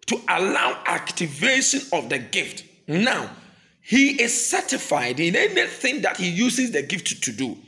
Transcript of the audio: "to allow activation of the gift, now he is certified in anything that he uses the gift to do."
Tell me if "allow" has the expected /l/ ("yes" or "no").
yes